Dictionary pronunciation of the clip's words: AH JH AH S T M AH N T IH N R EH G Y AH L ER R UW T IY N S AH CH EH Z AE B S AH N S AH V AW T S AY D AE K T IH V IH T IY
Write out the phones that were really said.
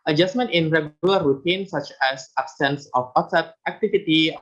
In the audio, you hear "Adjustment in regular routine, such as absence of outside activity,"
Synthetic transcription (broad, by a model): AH JH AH S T M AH N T IH N R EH G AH L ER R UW T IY N S AH CH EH S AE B S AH N S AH W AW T S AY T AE K T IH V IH T IY